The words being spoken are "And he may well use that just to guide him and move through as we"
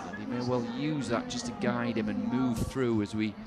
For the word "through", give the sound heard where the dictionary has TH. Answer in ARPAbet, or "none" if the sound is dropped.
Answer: TH